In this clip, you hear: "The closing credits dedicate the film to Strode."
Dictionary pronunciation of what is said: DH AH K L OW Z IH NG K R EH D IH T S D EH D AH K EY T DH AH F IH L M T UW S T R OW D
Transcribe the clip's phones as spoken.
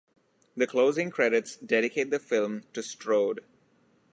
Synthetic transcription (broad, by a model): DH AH K L OW Z IH NG K R EH D IH T S D EH D AH K EY T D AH F IH L M T UW S T R OW D